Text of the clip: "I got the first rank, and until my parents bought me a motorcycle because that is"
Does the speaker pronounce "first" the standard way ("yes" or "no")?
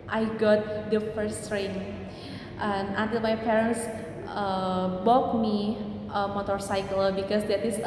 yes